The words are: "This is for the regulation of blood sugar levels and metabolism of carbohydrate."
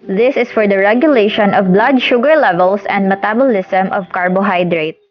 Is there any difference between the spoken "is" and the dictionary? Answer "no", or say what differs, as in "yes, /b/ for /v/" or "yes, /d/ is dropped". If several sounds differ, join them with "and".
yes, /s/ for /z/